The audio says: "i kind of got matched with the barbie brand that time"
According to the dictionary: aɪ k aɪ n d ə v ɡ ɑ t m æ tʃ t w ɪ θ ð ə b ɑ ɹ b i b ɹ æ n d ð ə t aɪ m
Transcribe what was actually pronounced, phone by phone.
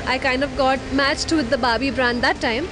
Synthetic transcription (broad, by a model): aɪ k aɪ n d ə v ɡ ɑ t m æ tʃ t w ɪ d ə b ɑ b i b ɹ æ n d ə t aɪ m